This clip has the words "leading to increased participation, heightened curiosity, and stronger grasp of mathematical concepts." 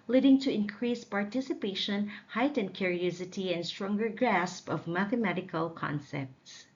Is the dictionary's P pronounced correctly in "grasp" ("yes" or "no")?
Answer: yes